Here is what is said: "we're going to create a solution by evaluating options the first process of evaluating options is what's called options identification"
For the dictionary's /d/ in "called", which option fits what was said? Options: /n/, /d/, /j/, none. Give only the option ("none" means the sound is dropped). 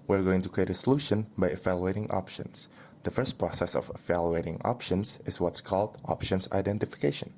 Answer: /d/